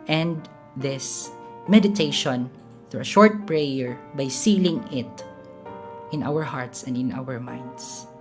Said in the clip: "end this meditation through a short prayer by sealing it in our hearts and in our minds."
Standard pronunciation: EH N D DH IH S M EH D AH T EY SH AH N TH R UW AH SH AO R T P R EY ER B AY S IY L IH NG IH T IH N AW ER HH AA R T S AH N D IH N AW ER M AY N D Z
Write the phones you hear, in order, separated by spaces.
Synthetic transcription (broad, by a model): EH N D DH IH S M EH D AH T EY SH AH N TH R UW AH SH AO R T P R EY ER B AY S IY L IH NG IH T IH N AW ER HH AA R T S AH N D IH N AW ER M AY N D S